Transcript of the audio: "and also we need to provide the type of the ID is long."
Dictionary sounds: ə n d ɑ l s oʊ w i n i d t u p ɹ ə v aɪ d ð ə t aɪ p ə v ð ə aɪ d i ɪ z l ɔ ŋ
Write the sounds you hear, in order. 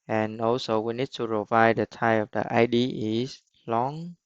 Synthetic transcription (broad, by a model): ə n ɑ l s oʊ w i n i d t u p ɹ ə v aɪ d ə t aɪ ə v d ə aɪ d i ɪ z l ɔ ŋ